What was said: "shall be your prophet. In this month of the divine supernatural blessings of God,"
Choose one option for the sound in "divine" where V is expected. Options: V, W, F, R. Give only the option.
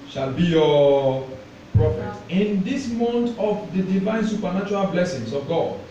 V